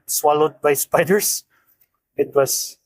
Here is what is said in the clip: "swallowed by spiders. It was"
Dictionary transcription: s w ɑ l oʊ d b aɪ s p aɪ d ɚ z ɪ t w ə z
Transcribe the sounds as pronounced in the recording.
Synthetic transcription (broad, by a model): s w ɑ l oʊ d b aɪ s p aɪ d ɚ s ɪ t w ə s